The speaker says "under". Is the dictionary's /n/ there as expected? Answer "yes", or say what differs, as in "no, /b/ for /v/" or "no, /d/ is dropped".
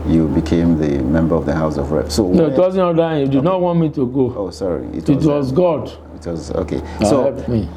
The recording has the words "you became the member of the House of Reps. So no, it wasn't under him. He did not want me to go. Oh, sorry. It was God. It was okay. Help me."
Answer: no, /n/ is dropped